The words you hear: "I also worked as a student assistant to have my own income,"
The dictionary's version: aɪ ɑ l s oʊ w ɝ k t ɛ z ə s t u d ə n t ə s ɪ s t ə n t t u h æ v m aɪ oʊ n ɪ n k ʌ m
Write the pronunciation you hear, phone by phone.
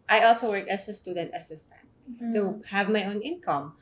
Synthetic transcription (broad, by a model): aɪ ɑ l s oʊ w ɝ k ɛ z ə s t u d ə n t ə s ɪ s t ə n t t u h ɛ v m aɪ oʊ n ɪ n k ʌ m